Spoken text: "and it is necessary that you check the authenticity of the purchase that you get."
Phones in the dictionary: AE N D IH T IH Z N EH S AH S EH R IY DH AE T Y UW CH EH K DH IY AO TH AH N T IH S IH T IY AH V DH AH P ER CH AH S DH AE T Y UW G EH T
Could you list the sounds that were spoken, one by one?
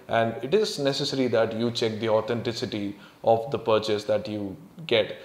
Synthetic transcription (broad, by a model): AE N D IH T IH Z N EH S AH S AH R IY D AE T Y UW CH EH K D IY AO T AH N T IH S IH T IY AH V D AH P ER CH AH S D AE T Y UW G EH T